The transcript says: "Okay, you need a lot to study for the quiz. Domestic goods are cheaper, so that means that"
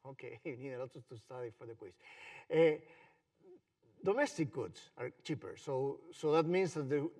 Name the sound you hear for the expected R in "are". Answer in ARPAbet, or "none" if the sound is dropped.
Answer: R